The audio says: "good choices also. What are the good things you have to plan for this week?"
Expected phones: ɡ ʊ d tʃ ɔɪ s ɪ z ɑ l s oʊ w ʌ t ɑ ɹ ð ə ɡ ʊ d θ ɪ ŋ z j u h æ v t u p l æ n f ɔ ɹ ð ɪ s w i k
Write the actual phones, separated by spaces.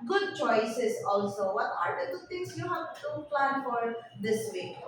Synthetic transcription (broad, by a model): ɡ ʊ d tʃ ɔɪ s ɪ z ɑ l s oʊ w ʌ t ɑ ɹ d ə ɡ ʊ d t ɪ ŋ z j u h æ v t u p l æ n f ɔ ɹ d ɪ s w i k